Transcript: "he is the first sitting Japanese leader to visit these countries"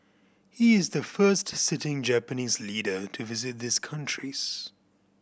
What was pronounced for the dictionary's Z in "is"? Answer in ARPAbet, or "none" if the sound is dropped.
Z